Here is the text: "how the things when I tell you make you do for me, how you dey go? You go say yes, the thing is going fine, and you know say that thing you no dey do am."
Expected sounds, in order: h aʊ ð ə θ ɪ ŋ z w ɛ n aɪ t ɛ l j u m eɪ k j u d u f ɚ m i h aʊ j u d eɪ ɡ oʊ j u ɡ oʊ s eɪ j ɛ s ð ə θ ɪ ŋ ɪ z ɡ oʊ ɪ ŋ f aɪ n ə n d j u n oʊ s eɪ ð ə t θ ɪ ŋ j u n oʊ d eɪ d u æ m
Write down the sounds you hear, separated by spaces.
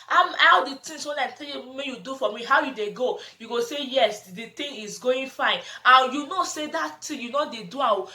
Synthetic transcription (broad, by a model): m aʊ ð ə t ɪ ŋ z w ɛ n aɪ t ɛ l j u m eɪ j u d u f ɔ m i h aʊ j u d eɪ ɡ oʊ j u ɡ oʊ s eɪ j ɛ s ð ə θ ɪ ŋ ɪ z ɡ oʊ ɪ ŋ f aɪ n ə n j u n oʊ s eɪ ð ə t t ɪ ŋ j u n oʊ d eɪ d u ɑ